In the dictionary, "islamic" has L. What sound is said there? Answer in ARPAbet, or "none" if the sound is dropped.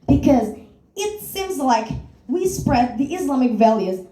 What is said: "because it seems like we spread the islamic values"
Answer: L